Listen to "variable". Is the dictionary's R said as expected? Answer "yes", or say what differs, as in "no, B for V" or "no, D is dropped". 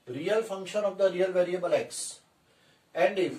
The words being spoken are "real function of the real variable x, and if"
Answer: yes